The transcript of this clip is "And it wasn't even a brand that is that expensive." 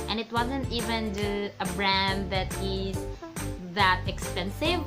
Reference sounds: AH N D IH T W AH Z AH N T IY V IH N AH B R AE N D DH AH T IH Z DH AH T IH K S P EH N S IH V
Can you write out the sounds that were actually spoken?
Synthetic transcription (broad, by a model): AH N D IH T W AH Z AH N T IY V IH N AH B R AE N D DH AH T IH Z DH AH T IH K S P EH N S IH V